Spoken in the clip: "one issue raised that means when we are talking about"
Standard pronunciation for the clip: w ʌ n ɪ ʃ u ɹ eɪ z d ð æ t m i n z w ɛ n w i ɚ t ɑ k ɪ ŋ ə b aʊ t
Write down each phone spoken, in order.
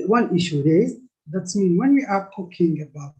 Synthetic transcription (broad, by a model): w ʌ n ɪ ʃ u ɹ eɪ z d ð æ t m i n w ɛ n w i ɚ t ɑ k ɪ ŋ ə b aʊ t